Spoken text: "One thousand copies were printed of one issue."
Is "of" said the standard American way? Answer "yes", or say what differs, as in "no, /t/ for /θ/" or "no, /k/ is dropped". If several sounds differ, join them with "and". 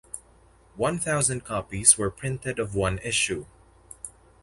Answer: yes